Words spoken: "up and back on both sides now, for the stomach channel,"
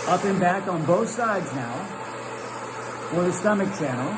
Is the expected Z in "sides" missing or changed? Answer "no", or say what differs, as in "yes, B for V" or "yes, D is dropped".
no